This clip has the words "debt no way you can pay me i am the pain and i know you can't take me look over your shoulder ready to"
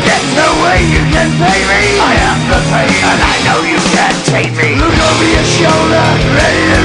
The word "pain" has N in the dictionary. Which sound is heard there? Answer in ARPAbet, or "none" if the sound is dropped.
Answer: none